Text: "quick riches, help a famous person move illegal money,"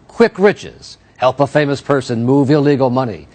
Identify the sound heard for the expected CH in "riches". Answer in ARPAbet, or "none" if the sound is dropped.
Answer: CH